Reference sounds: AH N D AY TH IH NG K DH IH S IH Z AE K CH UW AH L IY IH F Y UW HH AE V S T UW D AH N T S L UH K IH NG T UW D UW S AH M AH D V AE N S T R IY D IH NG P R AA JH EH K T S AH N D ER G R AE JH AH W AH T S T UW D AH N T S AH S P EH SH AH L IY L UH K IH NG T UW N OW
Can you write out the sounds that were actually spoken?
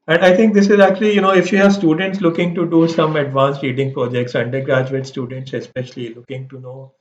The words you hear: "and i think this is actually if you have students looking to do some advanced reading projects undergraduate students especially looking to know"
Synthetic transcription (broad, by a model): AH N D AY T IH NG K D IH S IH Z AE K CH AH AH N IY IH F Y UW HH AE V S T UW D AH N T S L UH K IH NG T UW D UW S AH M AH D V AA N S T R IY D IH NG P R AA JH EH K T S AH N D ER G R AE JH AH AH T S T UW D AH N T S AH S P EH SH AH L IY L UH K IH NG T UW N OW